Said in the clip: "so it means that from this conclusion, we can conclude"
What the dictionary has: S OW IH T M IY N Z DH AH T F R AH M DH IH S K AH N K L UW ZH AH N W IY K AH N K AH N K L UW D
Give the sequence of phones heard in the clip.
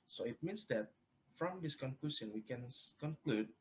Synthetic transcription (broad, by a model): S OW IH T M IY N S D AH T F R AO M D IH S K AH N K L UW S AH N W IY K AH N K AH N K L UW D